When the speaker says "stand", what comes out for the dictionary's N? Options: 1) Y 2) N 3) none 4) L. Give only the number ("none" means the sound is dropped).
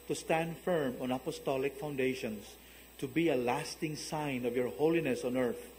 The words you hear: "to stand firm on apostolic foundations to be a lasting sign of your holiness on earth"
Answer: 2